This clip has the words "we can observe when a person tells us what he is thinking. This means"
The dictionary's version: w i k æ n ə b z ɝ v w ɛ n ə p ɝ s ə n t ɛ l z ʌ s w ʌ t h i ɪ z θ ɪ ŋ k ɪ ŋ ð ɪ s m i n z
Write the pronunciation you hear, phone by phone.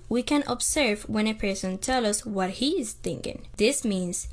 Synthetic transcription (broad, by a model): w i k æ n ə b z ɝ v w ɛ n ə p ɝ s ə n t ɛ l ʌ s w ʌ t h i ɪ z θ ɪ ŋ k ɪ ŋ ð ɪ s m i n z